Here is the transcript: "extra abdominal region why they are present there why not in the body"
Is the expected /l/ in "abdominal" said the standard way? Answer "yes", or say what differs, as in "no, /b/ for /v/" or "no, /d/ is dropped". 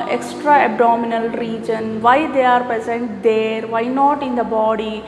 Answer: yes